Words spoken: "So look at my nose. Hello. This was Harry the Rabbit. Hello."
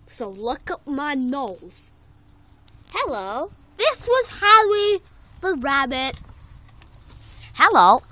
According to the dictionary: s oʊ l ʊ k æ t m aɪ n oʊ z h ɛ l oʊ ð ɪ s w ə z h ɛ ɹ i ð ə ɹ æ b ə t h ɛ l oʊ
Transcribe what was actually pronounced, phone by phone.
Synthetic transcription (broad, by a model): s oʊ l ʊ k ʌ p m aɪ n oʊ z h ɛ l oʊ ð ɪ s w ə z h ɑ l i ð ə ɹ æ b ə t h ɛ l oʊ